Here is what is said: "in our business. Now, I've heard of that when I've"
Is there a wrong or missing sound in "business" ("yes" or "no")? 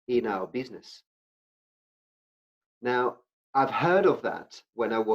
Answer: no